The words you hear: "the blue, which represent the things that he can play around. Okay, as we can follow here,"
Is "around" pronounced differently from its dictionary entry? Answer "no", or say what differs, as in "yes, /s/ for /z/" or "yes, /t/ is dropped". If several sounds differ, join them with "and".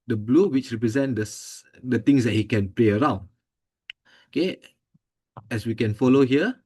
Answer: no